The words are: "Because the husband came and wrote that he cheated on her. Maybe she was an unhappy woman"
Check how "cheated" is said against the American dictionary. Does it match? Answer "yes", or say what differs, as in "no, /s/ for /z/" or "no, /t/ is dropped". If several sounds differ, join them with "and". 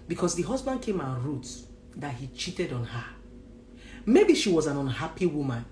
yes